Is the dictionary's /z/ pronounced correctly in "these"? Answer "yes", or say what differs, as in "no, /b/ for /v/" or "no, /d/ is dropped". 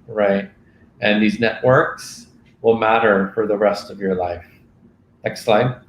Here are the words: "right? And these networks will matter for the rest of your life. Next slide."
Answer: yes